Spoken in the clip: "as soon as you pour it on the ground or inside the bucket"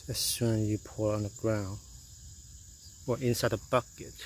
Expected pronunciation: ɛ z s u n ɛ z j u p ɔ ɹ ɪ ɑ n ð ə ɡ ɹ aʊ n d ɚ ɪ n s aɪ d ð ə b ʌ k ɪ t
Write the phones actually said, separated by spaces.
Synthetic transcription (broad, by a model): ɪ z s u n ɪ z j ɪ p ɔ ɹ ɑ n ð ə ɡ ɹ aʊ n d ɚ ɪ n s aɪ d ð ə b ʌ k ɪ t